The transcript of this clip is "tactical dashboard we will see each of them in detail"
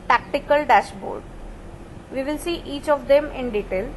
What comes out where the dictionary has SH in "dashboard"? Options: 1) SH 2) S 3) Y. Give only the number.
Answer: 1